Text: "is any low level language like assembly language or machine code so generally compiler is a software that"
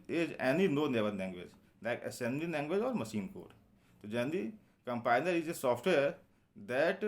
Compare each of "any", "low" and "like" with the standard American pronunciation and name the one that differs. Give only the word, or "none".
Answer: low